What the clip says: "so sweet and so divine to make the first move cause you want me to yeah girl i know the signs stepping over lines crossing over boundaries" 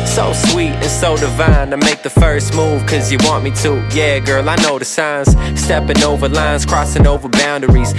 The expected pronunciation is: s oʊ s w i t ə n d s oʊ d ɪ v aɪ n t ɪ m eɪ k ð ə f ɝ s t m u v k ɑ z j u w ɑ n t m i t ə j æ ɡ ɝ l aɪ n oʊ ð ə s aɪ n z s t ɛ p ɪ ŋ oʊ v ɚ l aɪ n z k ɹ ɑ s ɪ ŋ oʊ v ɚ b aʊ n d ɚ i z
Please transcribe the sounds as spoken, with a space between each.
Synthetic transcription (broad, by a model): s oʊ s w i t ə n s oʊ d ɪ v aɪ n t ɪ m eɪ k ð ə f ɝ s t m u v k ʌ z j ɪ w ɑ n m i t ə j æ ɡ ɝ l aɪ n oʊ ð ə s aɪ n z s t ɛ p ɪ ŋ oʊ v ɚ l aɪ n z k ɹ ɑ s ɪ ŋ oʊ v ɚ b aʊ n d ɚ i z